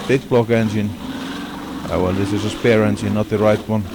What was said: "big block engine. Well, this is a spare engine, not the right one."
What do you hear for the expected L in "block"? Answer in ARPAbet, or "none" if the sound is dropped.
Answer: L